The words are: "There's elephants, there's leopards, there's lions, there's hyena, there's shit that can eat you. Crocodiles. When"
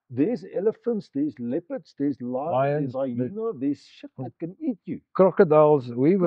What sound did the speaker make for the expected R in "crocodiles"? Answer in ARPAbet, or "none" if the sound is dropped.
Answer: R